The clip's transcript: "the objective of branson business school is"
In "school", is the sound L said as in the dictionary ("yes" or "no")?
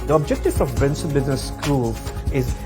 yes